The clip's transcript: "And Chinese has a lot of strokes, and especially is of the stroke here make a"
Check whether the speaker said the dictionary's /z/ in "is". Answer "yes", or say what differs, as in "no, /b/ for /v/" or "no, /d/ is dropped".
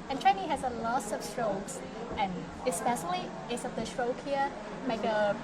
no, /s/ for /z/